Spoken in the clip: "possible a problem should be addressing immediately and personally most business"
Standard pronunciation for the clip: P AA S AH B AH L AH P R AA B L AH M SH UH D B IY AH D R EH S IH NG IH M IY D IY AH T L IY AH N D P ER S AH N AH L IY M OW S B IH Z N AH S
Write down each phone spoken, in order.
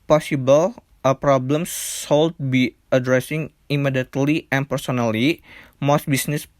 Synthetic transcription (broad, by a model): P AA S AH B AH L AH P R AA B L AH M S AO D B IY AH D R EH S IH NG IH M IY D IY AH T L IY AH N P ER S AH N AH L IY M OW S B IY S N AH S